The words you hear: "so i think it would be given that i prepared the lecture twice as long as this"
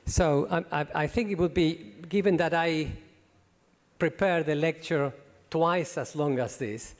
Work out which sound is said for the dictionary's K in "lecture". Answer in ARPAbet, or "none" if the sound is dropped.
K